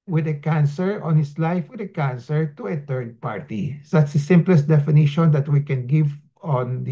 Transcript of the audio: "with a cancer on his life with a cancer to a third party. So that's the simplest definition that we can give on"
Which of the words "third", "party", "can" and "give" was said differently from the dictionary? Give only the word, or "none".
third